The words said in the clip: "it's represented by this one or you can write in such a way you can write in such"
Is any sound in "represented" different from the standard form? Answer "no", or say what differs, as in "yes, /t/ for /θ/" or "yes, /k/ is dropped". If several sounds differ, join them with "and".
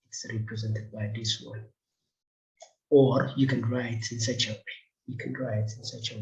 no